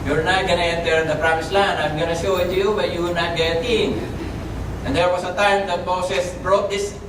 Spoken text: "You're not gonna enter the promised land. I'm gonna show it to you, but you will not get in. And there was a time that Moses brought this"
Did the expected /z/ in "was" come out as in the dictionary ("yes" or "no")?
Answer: no